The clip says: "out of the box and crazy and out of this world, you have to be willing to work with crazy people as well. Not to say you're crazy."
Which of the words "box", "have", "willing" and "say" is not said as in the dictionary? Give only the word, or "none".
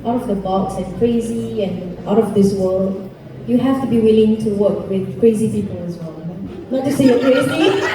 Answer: have